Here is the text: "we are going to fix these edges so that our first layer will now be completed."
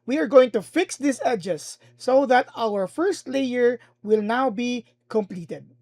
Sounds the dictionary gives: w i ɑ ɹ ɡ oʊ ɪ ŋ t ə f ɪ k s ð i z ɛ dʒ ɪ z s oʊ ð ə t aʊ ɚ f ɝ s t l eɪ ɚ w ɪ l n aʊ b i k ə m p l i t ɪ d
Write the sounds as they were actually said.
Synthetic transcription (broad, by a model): w i ɑ ɹ ɡ oʊ ɪ ŋ t ə f ɪ k s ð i s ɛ dʒ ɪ s oʊ ð ə t aʊ ɚ f ɝ s t l eɪ ɚ w ɪ l n aʊ b i k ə m p l i t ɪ d